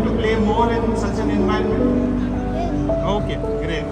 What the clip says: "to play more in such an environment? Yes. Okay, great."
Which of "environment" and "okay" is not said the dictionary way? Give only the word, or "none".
environment